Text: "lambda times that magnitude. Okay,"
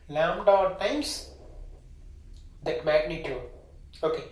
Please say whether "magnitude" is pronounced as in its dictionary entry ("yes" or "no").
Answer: no